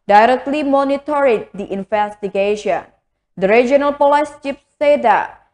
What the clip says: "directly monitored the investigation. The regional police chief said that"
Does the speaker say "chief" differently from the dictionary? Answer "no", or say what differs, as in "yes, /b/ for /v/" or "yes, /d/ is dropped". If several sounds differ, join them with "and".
yes, /p/ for /f/